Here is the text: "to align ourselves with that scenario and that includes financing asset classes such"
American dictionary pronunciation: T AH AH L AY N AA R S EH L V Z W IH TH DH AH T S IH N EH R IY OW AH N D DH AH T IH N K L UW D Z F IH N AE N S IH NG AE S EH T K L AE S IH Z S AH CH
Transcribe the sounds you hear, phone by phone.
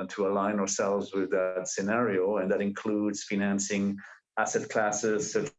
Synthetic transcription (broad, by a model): T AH AH L AY N AA R S EH L V Z W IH DH AH T S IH N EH R IY OW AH N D DH AH T IH N K L UW D Z F IH N AE N S IH NG AE S EH T K L AE S IH Z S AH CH